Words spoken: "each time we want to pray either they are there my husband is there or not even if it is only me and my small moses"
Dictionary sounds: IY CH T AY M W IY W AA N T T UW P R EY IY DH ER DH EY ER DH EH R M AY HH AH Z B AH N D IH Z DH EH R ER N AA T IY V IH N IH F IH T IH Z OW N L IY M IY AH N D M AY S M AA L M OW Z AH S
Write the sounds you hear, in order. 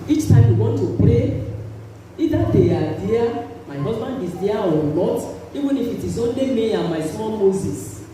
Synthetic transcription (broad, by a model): IY CH T AY M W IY W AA N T T UW P R EY IY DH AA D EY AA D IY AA M AY HH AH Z B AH N D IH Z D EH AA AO L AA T IY V IH N IH F IH T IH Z OW N L IY M IY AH N M AY S AA N M OW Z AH S